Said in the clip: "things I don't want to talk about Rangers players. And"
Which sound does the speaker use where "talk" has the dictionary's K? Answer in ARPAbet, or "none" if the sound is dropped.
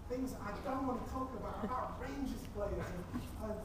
none